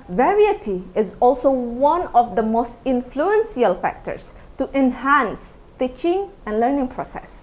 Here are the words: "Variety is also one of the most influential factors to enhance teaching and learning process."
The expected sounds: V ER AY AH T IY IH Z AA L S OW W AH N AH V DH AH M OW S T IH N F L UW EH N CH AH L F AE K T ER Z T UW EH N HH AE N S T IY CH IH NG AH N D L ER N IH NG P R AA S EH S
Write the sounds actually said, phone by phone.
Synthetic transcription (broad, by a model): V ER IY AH T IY IH Z AA L S OW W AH N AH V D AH M OW S T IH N F L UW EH N S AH L F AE K T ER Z T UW EH N HH AE N S T IY CH IH NG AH N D L ER N IH NG P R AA S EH S